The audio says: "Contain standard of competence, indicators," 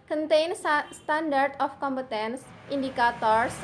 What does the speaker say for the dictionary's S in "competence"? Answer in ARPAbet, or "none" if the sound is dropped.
S